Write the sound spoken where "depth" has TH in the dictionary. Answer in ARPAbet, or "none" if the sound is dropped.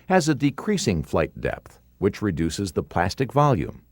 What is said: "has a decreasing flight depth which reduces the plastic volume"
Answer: TH